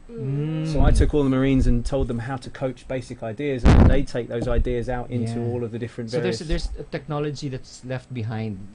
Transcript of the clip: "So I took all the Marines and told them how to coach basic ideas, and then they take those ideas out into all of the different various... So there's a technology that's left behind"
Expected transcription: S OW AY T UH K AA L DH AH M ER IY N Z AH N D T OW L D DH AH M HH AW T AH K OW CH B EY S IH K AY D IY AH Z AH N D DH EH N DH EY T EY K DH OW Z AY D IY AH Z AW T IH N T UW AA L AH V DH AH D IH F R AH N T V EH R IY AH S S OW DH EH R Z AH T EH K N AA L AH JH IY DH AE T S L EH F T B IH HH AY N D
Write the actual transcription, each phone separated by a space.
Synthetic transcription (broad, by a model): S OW AY T UH K AA L DH AH M ER IY N Z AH N T OW L D DH AH M HH AW T AH K OW CH B EY S IH K AY D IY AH Z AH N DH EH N DH EY T EY K DH OW Z AY D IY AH Z AW T IH N T UW AA L AH V DH AH D IH F R AH N T V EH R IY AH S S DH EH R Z AH T EH K N AA L AH JH IY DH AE T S L EH F T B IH HH AY N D